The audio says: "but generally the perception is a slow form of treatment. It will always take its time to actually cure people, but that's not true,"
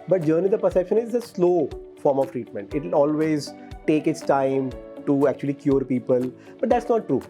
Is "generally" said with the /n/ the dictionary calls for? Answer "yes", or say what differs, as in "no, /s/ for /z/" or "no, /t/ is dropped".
no, /n/ is dropped